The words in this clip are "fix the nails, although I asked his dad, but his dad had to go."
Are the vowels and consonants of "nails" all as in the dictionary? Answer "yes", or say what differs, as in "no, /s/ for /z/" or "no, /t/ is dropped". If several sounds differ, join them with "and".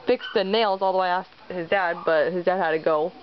yes